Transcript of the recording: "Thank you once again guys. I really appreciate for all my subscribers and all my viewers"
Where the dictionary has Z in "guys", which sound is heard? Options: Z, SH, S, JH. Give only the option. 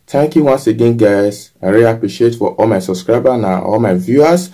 S